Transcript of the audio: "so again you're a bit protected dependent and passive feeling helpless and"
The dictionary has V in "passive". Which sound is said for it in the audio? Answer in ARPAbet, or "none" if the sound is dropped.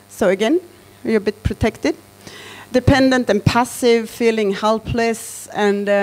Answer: V